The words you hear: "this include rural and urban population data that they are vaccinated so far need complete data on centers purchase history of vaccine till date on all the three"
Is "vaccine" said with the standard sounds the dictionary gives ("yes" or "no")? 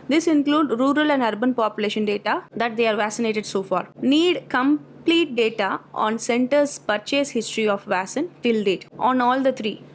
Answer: no